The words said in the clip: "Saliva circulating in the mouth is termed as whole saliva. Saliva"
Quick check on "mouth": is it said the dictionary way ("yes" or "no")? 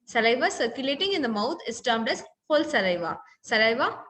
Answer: no